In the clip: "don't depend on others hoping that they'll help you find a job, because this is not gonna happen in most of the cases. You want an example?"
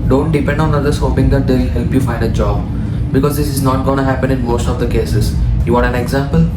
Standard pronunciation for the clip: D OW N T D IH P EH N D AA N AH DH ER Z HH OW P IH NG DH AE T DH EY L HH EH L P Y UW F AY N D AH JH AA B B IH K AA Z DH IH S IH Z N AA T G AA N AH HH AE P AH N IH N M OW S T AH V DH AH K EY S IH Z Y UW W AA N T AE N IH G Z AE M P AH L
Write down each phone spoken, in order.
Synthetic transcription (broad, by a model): D OW N T D IH P EH N D AA N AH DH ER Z HH OW P IH NG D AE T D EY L HH EH L P Y UW F AY N D AH JH AA B B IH K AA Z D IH S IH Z N AA T G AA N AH HH AE P AH N IH N M OW S T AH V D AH K EY S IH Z Y UW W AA T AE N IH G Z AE M P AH L